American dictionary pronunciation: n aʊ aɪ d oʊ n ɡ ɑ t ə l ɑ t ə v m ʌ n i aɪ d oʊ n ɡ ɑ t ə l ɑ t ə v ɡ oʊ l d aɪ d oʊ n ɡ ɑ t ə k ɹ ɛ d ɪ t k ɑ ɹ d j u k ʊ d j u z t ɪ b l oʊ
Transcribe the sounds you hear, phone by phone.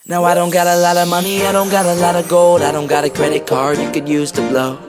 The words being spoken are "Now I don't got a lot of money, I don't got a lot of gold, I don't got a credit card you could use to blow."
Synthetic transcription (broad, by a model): n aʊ aɪ d oʊ n ɡ ɑ t ə l ɑ t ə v m ʌ n i aɪ d oʊ n ɡ ɑ t ə l ɑ t ə v ɡ oʊ l d aɪ d oʊ n ɡ ɑ t ə k ɹ ɛ d ɪ t k ɑ ɹ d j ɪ k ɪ d j u z t ɪ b l oʊ